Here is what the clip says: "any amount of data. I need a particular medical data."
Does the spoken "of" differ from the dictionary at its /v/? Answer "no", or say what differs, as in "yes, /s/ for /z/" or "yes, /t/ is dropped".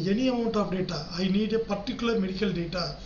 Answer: yes, /p/ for /v/